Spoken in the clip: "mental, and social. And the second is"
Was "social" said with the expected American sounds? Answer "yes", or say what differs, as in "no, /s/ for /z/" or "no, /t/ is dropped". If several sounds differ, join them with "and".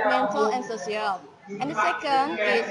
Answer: no, /s/ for /ʃ/